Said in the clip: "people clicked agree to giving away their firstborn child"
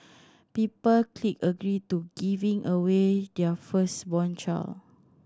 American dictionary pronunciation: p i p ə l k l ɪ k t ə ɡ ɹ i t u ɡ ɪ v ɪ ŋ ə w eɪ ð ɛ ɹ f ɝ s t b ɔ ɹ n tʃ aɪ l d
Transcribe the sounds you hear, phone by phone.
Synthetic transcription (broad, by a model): p i p ə l k l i k ə ɡ ɹ i t u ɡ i v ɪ ŋ ə w eɪ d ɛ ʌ f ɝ s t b ɔ n tʃ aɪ l